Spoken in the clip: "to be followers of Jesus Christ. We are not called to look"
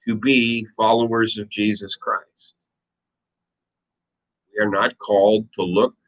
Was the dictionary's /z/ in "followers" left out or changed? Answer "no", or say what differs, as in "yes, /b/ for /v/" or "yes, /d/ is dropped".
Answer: no